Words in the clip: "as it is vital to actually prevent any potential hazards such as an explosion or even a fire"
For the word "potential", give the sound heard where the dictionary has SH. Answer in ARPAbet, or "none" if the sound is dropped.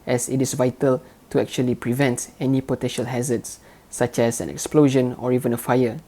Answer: SH